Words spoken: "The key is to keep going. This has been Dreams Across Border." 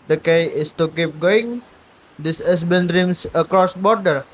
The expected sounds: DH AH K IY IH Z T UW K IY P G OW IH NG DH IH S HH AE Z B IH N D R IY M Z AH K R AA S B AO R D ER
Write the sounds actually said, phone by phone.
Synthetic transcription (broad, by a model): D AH K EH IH S T UW K IY P G OW IH NG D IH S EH S B IH N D R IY M S AH K R AA S B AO R D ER